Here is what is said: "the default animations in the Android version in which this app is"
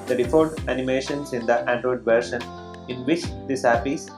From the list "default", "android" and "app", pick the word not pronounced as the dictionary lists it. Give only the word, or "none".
default